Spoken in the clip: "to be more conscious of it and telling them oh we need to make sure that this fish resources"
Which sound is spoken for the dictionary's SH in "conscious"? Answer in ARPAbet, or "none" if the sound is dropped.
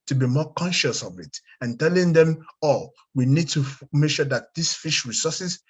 SH